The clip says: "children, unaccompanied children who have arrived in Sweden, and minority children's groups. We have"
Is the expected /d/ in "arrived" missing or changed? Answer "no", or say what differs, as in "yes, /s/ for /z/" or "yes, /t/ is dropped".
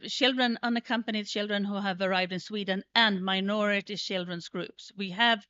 no